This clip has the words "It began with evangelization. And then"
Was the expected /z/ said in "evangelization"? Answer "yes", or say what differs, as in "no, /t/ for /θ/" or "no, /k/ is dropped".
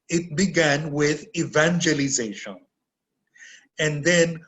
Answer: yes